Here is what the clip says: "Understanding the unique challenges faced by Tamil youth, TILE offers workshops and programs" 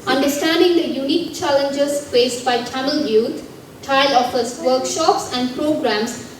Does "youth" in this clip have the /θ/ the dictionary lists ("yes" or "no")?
no